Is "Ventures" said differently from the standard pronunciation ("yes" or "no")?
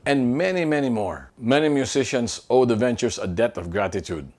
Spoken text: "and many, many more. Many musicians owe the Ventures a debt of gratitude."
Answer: yes